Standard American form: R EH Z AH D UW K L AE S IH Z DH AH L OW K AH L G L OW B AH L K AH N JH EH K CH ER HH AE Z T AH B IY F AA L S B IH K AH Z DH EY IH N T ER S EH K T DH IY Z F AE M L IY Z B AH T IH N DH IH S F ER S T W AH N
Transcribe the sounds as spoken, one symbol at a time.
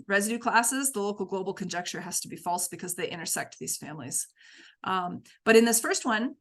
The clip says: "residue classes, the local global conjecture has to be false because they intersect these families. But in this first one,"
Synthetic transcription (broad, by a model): R EH Z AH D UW K L AE S IH Z DH AH L OW K L G L OW B L K AH N JH EH K CH ER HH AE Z T AH B IY F AA L S B IH K AH Z DH EY IH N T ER S EH K T DH IY Z F AE M L IY Z B AH T IH N DH IH S F ER S T W AH N